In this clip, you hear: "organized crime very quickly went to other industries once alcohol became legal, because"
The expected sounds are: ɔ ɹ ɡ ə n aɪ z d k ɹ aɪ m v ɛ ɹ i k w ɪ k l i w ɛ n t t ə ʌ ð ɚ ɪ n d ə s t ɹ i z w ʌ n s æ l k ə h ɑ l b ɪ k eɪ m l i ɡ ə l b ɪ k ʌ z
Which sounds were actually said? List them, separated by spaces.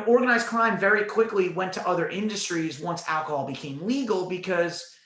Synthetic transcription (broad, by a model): ɔ ɹ ɡ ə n aɪ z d k ɹ aɪ m v ɛ ɹ i k w ɪ k l i w ɛ n t t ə ʌ ð ɚ ɪ n d ə s t ɹ i z w ʌ n s æ l k ə h ɑ l b ɪ k eɪ m l i ɡ l b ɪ k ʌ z